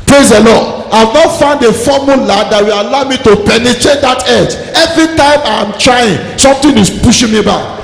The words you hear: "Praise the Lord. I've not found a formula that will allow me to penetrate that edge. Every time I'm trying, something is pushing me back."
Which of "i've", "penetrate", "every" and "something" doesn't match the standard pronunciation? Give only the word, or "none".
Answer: something